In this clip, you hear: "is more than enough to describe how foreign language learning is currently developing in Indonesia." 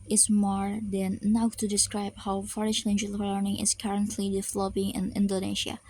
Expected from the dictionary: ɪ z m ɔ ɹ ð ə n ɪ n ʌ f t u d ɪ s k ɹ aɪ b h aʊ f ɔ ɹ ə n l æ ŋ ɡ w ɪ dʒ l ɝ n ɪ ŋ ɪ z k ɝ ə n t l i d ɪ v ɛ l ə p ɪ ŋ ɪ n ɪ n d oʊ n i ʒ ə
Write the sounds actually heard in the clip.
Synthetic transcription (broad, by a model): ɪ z m ɔ ɹ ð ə n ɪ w t u d ɪ s k ɹ aɪ b h aʊ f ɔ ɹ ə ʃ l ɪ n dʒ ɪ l l ɝ n ɪ ŋ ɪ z k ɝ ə n t l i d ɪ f l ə b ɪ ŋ ɪ n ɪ n d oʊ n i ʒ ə